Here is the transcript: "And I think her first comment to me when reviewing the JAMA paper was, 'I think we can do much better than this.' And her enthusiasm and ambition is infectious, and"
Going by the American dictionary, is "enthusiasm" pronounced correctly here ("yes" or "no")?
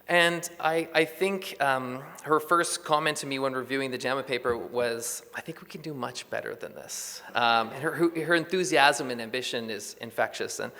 yes